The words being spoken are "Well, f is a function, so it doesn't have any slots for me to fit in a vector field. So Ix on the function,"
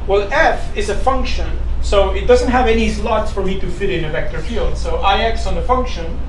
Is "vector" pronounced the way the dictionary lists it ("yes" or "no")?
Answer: yes